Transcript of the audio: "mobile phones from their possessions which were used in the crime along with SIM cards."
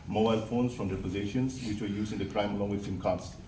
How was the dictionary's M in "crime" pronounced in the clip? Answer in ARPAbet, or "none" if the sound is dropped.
M